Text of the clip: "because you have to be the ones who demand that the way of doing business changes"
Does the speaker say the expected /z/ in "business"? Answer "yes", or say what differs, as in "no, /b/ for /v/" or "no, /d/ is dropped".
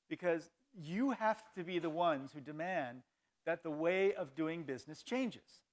yes